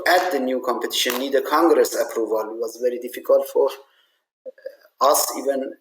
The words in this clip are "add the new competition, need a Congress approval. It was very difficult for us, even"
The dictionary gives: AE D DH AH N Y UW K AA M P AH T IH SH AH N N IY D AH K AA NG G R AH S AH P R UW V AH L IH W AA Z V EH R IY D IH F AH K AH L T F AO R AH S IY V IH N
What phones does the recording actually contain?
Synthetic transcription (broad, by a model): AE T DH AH N Y UW K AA M P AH T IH SH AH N N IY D AH K AA NG G R AH S AH P R UW V AH L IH W AA Z V EH R IY D IH F AH K AH L T F AO R AH S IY V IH N